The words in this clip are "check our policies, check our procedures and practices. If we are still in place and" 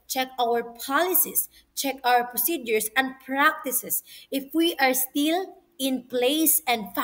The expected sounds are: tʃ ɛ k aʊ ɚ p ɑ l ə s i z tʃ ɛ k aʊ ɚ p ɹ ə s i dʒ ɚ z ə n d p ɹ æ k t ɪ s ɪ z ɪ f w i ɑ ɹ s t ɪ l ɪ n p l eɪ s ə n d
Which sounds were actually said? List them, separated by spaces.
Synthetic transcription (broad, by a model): tʃ ɛ k aʊ ɚ p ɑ l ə s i s tʃ ɛ k aʊ ɚ p ɹ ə s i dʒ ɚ s ə n d p ɹ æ k t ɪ s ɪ s ɪ f w i ɑ ɹ s t ɪ l ɪ n p l eɪ s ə n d